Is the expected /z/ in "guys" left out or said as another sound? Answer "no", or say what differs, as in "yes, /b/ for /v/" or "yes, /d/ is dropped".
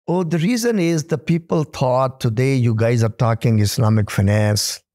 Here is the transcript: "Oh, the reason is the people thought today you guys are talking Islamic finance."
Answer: no